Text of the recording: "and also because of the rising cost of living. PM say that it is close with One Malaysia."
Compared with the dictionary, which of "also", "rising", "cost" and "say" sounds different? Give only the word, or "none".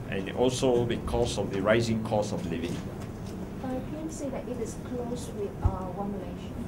cost